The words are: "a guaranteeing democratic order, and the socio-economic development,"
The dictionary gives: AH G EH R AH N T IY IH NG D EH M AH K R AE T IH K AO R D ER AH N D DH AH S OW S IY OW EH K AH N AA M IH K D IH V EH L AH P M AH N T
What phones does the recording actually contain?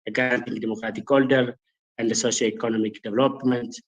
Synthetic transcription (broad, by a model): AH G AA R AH N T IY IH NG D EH M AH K R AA T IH K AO L D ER AH N D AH S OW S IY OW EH K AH N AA M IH K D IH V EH L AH P M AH N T